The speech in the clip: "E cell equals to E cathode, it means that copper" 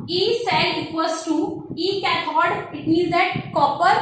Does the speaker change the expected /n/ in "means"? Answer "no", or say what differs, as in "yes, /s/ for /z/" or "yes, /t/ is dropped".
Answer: yes, /n/ is dropped